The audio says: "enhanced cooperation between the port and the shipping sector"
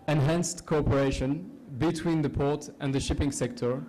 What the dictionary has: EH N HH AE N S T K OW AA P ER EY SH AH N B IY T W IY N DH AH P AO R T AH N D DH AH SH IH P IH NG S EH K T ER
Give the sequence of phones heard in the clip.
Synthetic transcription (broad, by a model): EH N HH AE N S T K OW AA P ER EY SH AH N B IY T W IY N DH AH P AO R T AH N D DH AH SH IH P IH NG S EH K T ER